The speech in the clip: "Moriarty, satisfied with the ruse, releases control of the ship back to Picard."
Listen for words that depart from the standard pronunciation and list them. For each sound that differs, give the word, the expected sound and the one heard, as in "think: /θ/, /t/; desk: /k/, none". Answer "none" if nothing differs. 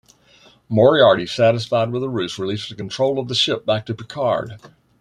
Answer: ruse: /z/, /s/; releases: /z/, none